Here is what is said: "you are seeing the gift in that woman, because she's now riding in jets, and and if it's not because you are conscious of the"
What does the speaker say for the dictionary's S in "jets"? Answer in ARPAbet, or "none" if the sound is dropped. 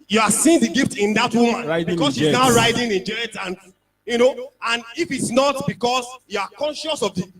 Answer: none